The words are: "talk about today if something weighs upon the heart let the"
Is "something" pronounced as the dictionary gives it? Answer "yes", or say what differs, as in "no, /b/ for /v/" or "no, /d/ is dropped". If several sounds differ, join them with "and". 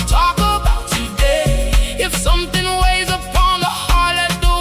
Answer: yes